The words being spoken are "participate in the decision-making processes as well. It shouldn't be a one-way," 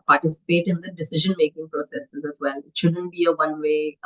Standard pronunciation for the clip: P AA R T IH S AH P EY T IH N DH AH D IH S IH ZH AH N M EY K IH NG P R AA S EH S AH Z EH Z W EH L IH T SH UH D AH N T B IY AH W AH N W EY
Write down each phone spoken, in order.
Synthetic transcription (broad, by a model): P AA R T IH S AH P EY T IH N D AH D IH S IH ZH AH N M EY K IH NG P R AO S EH S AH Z EH Z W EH L IH T SH UH D AH N T B IY AH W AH N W EY